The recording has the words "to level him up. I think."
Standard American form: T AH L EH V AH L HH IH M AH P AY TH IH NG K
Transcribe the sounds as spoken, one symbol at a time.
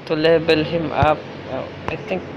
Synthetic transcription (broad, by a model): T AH L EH B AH L HH IH M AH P AY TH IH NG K